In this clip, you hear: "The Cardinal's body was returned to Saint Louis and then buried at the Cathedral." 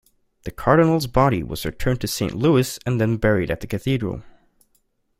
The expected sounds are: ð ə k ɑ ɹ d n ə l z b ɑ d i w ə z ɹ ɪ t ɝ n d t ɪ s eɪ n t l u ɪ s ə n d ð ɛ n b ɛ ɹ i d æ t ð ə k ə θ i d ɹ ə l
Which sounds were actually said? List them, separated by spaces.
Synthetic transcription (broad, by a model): ð ə k ɑ ɹ d n l z b ɑ d i w ə z ɹ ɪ t ɝ n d t ɪ s eɪ n t l u ɪ s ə n ð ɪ n b ɛ ɹ i d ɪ t ð ə k ə θ i d ɹ ə l